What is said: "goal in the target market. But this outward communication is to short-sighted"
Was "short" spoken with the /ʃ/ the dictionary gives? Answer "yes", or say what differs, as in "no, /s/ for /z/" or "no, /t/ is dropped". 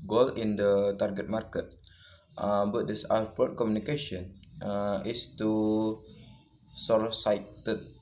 no, /s/ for /ʃ/